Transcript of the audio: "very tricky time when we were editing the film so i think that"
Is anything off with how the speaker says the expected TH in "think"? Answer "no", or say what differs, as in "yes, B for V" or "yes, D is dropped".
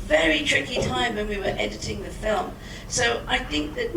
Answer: no